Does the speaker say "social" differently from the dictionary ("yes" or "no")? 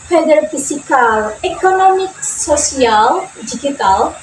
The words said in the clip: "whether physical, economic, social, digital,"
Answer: yes